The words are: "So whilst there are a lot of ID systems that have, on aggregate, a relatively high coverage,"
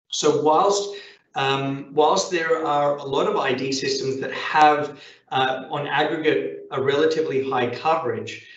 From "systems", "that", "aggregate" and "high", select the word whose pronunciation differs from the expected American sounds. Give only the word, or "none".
none